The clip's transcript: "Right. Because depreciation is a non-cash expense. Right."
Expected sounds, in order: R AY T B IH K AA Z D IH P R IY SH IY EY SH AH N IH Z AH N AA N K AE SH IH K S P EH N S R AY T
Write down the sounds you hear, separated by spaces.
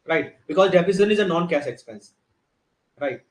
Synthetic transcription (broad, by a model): R AY T B IH K AA Z D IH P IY S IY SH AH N IH Z AH N AA N K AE S IH K S P EH N S R AY T